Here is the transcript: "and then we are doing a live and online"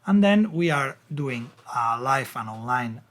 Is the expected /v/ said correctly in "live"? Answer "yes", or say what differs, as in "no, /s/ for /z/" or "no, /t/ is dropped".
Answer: no, /f/ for /v/